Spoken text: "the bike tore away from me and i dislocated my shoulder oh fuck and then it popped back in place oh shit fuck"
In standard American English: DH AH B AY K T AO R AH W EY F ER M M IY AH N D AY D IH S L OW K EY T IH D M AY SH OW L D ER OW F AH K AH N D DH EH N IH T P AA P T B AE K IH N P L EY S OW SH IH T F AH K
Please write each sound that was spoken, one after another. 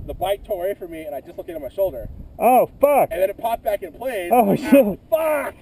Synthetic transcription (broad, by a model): DH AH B AY T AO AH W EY F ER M M IY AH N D AY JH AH S L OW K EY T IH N M AY SH OW L D ER OW F AH K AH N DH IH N IH T P AA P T B AE K IH N P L EY OW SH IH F AH K